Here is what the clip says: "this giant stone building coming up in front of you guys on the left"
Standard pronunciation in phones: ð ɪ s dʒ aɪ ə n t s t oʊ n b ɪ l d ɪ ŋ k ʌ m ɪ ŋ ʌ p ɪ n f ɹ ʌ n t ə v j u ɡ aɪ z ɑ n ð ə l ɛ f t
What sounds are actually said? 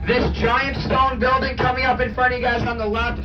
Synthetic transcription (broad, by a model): ð ɪ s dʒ aɪ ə n t s t oʊ n b ɪ l d ɪ ŋ k ʌ m ɪ ŋ ʌ p ɪ n f ɹ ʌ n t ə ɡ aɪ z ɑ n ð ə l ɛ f